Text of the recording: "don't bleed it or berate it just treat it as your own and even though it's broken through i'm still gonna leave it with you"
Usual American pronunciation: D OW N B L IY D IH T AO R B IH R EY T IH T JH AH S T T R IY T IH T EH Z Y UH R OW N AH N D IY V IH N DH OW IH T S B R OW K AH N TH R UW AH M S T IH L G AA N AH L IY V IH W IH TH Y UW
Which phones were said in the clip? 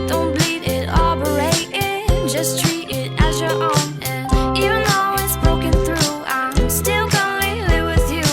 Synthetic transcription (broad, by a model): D OW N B L IY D IH T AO L B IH R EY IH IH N JH AH S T T R IY T IH T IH Z Y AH R OW N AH N IY V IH N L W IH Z B R OW K AH N TH R UW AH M S T IH L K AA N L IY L IH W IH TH Y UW